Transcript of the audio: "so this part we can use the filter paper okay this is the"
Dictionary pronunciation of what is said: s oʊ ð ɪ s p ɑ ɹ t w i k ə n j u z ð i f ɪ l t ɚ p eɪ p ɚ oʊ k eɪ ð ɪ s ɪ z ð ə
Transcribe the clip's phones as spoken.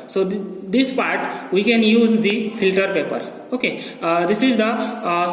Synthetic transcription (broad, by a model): s oʊ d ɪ s p ɑ ɹ t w i k ə n j u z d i f ɪ l t ɚ p eɪ p ɚ oʊ k eɪ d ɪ s ɪ z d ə